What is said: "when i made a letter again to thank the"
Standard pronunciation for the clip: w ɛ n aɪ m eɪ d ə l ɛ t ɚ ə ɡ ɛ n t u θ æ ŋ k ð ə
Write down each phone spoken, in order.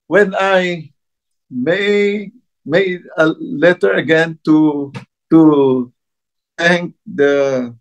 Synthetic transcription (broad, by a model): w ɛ n aɪ m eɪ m ə l ɛ t ɚ ə ɡ ɛ n t u t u ŋ k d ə